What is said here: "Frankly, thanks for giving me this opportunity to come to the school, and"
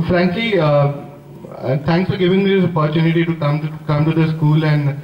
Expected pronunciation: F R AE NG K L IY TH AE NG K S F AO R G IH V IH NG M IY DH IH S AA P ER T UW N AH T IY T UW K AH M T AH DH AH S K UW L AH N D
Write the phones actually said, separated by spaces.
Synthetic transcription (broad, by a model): F R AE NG K L IY T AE NG K S F AO R G IH V IH NG M IY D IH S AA P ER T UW N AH T IY T UW K AH M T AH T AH S K UW L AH N D